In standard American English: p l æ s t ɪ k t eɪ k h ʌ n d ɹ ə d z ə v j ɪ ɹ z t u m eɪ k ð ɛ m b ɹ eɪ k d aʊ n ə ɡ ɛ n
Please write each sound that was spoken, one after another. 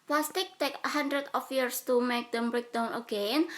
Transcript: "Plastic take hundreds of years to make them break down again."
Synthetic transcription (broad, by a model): p l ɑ s t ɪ k t eɪ k h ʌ n d ɹ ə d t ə f j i ɹ s t u m eɪ k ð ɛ m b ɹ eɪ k d aʊ n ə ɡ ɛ n